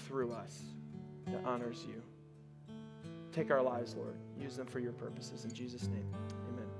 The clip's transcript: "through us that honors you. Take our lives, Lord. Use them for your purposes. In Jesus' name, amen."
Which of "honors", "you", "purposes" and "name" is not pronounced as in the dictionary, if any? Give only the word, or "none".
none